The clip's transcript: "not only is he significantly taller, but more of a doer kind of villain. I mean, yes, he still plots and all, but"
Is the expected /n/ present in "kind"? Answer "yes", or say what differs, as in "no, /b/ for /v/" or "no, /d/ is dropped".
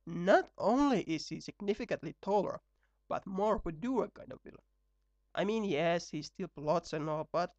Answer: no, /n/ is dropped